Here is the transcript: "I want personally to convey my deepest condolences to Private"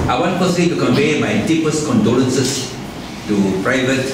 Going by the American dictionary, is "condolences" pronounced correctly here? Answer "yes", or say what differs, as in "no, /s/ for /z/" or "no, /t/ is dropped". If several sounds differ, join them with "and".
no, /n/ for /l/ and /s/ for /z/